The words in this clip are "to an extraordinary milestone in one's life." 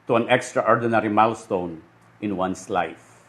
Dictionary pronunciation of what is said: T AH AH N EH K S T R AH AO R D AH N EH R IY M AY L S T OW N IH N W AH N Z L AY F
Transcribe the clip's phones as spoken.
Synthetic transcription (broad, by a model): T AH AH N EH K S T R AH AO R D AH N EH R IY M AY L S T OW N IH N W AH N S L AY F